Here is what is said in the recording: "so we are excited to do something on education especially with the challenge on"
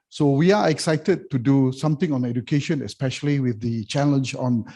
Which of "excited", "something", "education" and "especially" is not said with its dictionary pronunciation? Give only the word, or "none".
something